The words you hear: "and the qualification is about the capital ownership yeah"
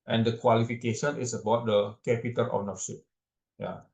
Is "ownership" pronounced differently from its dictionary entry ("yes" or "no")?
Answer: yes